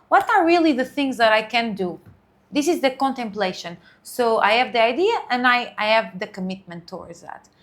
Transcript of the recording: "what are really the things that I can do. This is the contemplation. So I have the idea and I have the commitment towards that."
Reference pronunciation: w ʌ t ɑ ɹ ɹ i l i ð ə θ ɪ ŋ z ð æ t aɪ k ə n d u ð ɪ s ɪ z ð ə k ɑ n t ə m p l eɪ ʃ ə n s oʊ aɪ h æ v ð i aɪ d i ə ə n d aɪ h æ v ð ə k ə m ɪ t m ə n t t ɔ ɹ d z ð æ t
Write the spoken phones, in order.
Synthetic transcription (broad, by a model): w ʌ t ɑ ɹ ɹ i l i ð ə θ ɪ ŋ z ð æ t aɪ k ə n d u ð ɪ s ɪ z ð ə k ɑ n t ə m p l eɪ ʃ ə n s oʊ aɪ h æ v ð i aɪ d i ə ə n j aɪ h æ v ð ə k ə m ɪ t m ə n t t ɔ ɹ d z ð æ t